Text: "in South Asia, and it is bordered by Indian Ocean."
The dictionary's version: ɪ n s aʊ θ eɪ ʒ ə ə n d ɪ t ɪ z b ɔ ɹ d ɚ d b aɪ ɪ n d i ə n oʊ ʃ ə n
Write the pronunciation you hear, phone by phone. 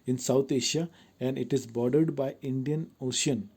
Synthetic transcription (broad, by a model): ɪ n s aʊ t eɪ ʃ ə ə n d ɪ t ɪ z b ɔ ɹ d ɚ d b aɪ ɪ n d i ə n oʊ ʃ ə n